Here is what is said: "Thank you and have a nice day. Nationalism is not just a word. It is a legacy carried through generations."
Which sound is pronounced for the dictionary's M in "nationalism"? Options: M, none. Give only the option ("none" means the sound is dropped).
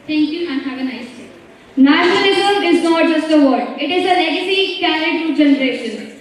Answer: none